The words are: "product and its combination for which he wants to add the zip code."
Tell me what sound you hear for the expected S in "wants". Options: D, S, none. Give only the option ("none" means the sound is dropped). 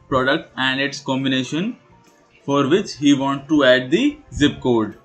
none